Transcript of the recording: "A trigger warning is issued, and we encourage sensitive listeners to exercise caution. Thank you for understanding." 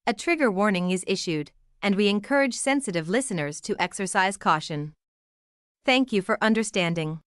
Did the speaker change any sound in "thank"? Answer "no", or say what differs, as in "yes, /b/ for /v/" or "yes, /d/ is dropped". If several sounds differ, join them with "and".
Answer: no